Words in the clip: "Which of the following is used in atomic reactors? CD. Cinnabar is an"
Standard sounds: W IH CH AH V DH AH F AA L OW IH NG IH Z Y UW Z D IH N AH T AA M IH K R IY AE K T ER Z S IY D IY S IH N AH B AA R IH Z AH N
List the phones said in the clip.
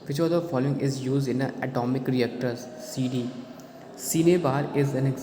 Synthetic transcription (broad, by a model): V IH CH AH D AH F AA L OW IH NG IH Z Y UW Z D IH N AH T AA M IH K R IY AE K T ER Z S IY D IY S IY N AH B AA R IH Z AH N